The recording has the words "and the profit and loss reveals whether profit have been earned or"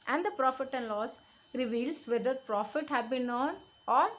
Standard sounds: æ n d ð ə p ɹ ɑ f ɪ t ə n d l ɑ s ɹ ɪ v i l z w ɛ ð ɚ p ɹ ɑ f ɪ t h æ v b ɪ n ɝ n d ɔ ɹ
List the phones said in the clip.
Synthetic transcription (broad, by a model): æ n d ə p ɹ ɑ f ɪ t ə n d l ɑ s ɹ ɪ v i l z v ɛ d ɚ p ɹ ɑ f ɪ t h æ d b ɪ n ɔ n ɔ ɹ